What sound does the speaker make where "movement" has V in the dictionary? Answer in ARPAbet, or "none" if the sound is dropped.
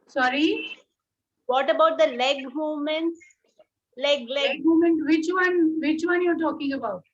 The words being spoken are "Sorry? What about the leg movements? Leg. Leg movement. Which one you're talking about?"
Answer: none